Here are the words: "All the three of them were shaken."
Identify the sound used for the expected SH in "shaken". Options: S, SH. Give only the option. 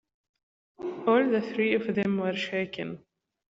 SH